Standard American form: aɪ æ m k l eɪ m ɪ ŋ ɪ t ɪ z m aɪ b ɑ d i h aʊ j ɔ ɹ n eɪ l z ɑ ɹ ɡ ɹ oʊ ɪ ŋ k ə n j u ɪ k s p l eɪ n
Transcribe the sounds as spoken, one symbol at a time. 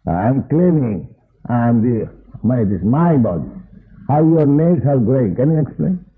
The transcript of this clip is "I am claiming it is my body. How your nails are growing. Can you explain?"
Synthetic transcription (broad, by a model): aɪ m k l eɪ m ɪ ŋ ɪ t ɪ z m aɪ b ɑ d i h aʊ j ɔ ɹ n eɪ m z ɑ l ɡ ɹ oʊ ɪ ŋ k ə n j u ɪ k s p l eɪ n